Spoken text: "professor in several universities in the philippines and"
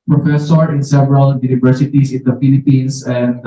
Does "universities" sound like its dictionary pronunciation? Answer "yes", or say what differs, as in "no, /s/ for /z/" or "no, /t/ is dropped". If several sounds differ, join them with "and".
no, /s/ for /z/